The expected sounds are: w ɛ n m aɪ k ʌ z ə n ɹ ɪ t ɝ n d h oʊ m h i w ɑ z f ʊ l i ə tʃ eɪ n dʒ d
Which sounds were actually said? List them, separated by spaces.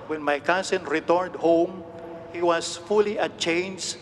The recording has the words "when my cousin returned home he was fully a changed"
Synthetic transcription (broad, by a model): w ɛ n m aɪ k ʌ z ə n ɹ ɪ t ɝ n d h oʊ m h i w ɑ s f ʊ l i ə tʃ eɪ n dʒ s